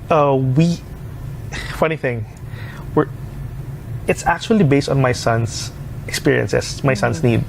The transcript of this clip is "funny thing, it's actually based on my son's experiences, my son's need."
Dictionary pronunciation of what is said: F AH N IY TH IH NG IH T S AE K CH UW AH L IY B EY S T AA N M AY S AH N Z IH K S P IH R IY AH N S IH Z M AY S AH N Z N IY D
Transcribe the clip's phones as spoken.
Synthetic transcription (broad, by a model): F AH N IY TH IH NG IH T S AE K CH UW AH L IY B EY S T AA N M AY S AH N S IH K S P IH R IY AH N S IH S M AY S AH N S N IY D